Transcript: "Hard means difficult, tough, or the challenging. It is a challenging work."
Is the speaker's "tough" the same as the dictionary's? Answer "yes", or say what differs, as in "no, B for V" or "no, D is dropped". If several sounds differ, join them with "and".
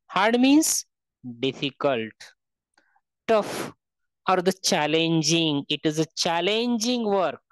yes